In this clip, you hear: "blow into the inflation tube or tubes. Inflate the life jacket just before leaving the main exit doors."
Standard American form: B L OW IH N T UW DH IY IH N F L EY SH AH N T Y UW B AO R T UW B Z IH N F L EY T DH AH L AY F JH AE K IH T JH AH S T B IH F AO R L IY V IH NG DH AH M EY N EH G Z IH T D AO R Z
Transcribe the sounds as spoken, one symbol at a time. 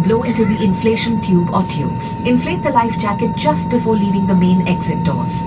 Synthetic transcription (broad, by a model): B L OW IH N T UW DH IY IH N F L EY SH AH N T Y UW B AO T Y UW B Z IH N F L EY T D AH L AY F JH AE K IH T JH AH S T B IH F AO R L IY V IH NG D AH M EY N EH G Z IH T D AO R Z